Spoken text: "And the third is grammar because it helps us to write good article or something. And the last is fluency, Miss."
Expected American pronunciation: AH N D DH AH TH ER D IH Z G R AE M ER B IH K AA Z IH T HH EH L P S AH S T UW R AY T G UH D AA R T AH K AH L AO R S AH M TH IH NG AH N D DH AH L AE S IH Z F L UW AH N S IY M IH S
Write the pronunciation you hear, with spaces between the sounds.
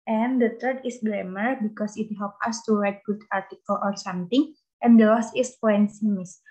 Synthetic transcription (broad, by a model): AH N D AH T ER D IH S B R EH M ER B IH K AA S IH T HH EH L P AH S T UW R AY T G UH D AA R T AH K AH L AO R S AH M T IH NG AH N D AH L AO S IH S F AO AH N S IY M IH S